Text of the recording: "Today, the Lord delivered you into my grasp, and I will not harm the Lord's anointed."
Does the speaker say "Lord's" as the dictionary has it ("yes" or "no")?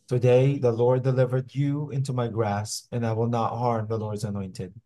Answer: yes